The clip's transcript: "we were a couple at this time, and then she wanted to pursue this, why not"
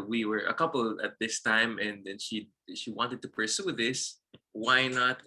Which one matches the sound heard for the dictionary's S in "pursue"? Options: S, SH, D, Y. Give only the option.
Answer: S